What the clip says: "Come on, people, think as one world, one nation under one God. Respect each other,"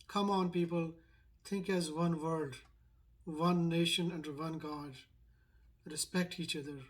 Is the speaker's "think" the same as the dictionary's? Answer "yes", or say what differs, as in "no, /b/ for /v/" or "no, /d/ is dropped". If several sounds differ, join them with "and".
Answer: no, /t/ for /θ/